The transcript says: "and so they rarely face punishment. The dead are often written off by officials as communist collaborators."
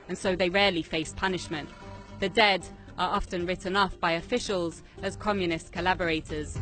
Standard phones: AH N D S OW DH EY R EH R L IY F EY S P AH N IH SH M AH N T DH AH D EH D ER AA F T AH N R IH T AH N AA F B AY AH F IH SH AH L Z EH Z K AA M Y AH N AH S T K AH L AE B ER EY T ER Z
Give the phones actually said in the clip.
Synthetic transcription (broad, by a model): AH N S OW DH EY R EH L IY F EY S P AH N IH SH M AH N T DH AH D EH D ER AA F T AH N R IH T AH N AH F B AY AH F IH SH AH L Z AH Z K AA M Y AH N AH S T K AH L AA B ER EY T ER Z